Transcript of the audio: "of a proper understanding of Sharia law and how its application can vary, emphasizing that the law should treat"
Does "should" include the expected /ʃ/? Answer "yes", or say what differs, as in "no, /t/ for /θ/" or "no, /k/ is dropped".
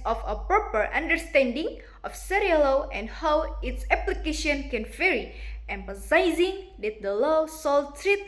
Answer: no, /s/ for /ʃ/